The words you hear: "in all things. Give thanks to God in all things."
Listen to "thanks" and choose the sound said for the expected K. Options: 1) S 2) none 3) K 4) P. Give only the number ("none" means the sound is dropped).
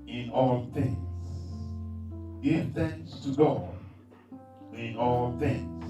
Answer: 2